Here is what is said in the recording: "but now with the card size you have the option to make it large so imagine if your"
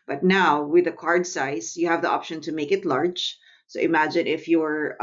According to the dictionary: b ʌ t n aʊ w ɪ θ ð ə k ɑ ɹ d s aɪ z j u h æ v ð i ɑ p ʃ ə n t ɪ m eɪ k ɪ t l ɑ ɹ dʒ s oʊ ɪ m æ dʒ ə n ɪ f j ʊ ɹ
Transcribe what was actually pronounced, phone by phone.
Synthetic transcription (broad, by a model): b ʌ t n aʊ w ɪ ð ə k ɑ ɹ d s aɪ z j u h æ v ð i ɑ p ʃ ə n t ɪ m eɪ k ɪ t l ɑ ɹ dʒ s oʊ ɪ m æ dʒ ə n ɪ f j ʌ ɹ